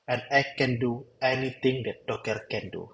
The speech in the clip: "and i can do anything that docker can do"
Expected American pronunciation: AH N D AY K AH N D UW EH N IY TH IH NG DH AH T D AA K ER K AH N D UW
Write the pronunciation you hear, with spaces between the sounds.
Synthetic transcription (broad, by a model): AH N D AY K AH N D UW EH N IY T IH NG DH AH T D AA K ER K AH N D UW